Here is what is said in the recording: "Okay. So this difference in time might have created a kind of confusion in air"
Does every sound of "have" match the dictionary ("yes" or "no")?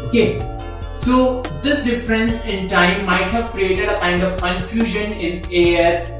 yes